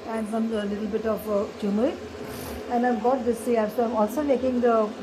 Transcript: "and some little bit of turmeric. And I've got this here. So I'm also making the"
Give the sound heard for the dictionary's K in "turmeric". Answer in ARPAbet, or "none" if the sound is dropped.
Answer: none